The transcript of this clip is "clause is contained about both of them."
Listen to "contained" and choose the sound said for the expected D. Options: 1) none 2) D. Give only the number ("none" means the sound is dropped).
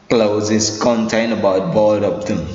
1